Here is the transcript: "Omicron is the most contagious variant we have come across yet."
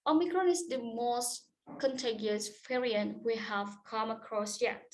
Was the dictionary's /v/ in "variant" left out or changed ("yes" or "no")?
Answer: yes